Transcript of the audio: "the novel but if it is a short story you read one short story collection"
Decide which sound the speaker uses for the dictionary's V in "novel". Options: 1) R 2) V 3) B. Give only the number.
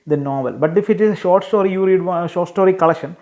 2